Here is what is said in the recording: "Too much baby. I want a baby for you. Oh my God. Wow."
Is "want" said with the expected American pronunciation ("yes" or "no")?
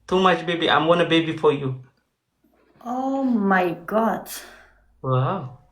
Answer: no